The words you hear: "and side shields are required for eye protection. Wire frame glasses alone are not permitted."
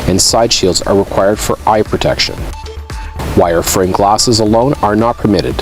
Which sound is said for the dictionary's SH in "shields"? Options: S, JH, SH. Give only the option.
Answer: SH